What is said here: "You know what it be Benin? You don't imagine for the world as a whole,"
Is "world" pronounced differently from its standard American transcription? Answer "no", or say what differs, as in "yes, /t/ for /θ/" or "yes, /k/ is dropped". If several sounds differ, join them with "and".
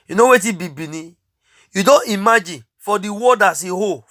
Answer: yes, /l/ is dropped